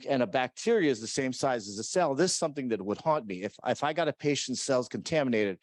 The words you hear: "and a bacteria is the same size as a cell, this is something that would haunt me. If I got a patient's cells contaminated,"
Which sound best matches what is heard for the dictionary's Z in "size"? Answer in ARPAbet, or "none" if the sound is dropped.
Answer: Z